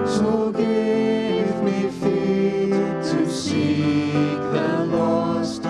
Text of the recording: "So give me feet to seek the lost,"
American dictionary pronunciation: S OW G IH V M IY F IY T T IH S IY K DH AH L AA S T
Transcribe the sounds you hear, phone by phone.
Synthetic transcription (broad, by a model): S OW G IH V M IY F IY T T IH S IY K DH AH L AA S T